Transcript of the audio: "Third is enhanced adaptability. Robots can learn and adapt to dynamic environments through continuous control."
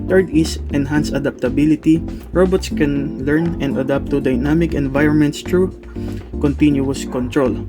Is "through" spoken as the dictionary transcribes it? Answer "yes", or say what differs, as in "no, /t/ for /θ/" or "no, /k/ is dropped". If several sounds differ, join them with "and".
no, /t/ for /θ/